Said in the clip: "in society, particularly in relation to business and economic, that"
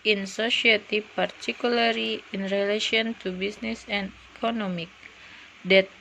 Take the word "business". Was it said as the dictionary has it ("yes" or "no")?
no